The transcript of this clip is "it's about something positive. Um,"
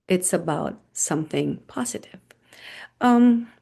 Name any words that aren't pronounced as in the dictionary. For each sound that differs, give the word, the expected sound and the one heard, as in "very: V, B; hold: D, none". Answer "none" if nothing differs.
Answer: none